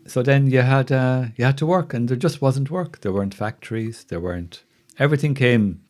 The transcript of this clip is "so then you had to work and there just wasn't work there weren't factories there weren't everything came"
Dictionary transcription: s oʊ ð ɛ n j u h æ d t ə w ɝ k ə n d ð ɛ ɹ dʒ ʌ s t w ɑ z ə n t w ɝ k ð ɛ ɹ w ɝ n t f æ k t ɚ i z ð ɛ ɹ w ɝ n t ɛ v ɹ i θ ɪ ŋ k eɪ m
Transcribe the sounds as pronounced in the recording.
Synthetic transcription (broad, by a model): s oʊ ð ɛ n j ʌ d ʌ d t ə w ɝ k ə n ð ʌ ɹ dʒ ʌ s t w ɑ z ə n t w ɝ k ð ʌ ɹ w ɝ n t f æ k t ɚ i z ð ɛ ɹ w ɝ n t ɛ v ɹ i θ ɪ ŋ k eɪ m